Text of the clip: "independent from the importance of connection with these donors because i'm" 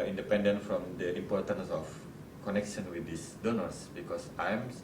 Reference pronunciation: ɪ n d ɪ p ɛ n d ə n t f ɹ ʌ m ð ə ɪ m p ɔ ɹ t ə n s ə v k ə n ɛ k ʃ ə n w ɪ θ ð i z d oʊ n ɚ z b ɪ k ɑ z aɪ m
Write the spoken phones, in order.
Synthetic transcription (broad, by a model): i n d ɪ p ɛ n d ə n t f ɹ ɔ m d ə ɪ m p ɔ ɹ t ə n s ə f k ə n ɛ k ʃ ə n w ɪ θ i s d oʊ n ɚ s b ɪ k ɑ s aɪ m